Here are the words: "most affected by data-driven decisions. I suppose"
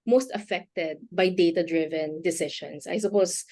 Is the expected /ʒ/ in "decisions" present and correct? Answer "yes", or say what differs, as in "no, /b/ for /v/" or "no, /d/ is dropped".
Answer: no, /ʃ/ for /ʒ/